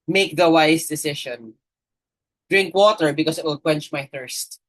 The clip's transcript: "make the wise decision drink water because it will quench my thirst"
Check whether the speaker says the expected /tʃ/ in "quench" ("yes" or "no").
yes